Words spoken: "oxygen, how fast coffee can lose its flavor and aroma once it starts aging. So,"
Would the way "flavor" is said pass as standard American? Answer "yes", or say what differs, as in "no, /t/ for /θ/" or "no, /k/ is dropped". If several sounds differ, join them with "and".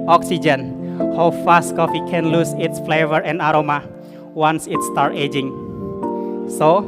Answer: yes